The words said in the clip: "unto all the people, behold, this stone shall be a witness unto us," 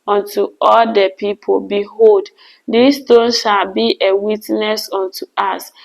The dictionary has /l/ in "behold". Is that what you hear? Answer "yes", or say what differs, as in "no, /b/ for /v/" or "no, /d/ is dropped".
yes